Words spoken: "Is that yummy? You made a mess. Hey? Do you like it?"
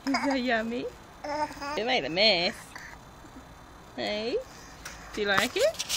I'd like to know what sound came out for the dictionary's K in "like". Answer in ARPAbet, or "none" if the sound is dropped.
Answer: K